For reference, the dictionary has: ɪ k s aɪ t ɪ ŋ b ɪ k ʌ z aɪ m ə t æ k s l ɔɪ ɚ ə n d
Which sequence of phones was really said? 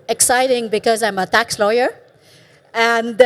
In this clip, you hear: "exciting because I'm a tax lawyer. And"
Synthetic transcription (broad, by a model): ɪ k s aɪ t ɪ ŋ b ɪ k ʌ z aɪ m ə t æ k s l ɔɪ ɚ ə n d